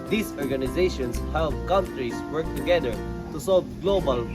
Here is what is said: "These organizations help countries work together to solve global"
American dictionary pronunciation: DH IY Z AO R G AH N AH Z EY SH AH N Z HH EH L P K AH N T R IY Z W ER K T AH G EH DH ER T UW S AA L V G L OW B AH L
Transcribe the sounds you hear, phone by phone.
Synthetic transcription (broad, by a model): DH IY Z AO R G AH N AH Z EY SH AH N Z HH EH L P K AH N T R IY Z W ER K T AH G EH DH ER T UW S AA L V G L OW B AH L